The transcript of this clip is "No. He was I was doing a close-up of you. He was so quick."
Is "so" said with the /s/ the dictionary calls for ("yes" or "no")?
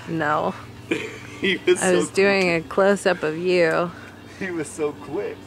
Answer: yes